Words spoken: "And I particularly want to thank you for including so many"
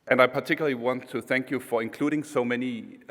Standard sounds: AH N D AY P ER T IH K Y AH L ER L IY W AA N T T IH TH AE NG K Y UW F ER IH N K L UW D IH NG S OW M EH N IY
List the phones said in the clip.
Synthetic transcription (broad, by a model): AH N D AY P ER T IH K Y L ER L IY W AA N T T IH TH AE NG K Y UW F ER IH N K L UW D IH NG S OW M EH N IY